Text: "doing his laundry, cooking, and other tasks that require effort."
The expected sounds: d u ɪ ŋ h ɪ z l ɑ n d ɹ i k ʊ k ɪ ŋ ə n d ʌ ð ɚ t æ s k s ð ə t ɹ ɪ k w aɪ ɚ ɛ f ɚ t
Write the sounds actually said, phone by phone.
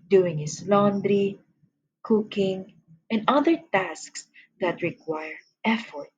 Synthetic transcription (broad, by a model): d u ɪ ŋ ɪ s l ɑ n d ɹ i k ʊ k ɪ ŋ ə n d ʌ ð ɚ t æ s k s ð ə t ɹ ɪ k w aɪ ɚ ɛ f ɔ t